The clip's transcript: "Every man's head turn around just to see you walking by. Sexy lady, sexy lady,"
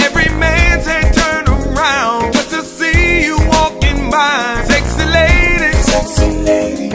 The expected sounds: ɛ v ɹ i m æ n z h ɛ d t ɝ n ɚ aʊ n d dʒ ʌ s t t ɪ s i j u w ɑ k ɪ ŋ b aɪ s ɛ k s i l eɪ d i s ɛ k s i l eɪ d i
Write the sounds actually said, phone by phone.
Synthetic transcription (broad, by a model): ɛ v ɹ i m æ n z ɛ t ɝ n ɚ aʊ n d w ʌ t t ɪ s i j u w ɑ k ɪ ŋ b aɪ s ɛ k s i l eɪ d i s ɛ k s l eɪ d